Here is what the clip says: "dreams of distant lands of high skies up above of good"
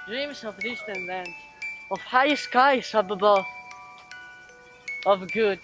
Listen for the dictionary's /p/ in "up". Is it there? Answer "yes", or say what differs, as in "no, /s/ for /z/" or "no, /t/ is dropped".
no, /b/ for /p/